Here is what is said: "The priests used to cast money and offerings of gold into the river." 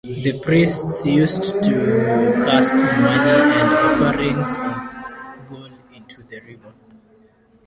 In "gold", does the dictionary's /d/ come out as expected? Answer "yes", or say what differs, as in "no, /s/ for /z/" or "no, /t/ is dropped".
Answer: no, /d/ is dropped